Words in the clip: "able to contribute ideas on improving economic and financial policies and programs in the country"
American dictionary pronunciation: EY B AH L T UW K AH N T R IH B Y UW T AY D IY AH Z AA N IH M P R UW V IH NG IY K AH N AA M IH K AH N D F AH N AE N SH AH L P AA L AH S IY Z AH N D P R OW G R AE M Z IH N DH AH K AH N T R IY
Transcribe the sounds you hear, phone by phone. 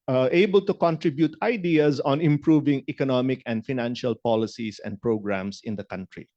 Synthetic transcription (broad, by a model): EY B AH L T UW K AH N T R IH B Y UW T AY D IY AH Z AA N IH M P R UW V IH NG IY K AH N AA M IH K AH N D F AH N AE N SH AH L P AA L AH S IY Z AH N D P R OW G R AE M S IH N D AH K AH N T R IY